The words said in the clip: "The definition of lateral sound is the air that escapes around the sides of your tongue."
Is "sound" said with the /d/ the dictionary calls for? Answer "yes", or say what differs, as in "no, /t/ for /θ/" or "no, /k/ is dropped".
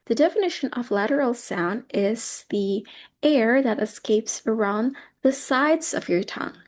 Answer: yes